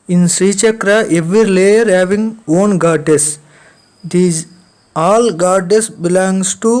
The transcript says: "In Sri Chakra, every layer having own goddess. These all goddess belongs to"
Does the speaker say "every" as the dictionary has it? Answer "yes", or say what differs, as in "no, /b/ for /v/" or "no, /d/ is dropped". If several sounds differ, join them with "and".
yes